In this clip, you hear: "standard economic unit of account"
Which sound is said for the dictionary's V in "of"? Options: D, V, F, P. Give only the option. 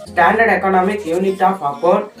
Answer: P